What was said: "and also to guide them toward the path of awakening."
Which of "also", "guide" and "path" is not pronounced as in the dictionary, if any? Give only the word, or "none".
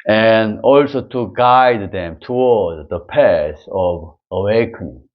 path